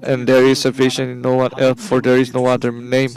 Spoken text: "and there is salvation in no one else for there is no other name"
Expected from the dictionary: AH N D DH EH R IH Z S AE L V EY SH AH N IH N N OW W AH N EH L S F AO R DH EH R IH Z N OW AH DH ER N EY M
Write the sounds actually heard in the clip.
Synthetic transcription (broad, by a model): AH N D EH R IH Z S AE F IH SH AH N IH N N OW W AH N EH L F AO R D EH R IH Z N OW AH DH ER N EY M